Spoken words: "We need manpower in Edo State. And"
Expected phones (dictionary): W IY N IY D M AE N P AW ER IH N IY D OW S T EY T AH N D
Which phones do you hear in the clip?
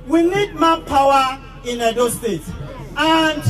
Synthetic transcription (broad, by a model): W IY N IY D M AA P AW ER IH N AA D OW S T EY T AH N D